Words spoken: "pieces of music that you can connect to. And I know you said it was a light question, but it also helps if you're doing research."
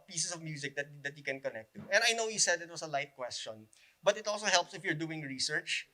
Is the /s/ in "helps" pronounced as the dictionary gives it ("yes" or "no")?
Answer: yes